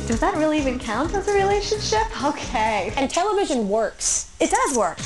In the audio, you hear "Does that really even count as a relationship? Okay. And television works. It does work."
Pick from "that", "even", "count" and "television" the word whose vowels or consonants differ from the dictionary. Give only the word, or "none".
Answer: none